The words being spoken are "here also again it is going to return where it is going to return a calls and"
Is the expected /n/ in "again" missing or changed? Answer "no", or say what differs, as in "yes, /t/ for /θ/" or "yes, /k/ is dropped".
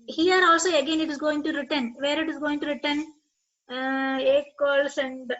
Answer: no